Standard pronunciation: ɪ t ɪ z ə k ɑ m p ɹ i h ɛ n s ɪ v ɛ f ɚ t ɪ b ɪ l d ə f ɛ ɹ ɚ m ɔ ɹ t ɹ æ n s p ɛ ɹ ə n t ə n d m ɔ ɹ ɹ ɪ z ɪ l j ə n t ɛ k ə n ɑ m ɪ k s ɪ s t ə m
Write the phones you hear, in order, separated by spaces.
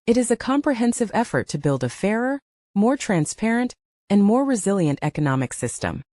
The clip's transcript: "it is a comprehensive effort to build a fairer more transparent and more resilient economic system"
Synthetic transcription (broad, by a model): ɪ t ɪ z ə k ɑ m p ɹ i h ɛ n s ɪ v ɛ f ɚ t ɪ b ɪ l d ə f ɛ ɹ ɚ m ɔ ɹ t ɹ æ n s p ɛ ɹ ə n t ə n m ɔ ɹ ɹ ɪ z ɪ l j ə n t ɛ k ə n ɑ m ɪ k s ɪ s t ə m